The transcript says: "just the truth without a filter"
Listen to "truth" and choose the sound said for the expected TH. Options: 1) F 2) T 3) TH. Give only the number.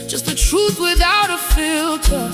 3